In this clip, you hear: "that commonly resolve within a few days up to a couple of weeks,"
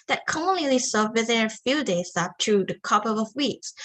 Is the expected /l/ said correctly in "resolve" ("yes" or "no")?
no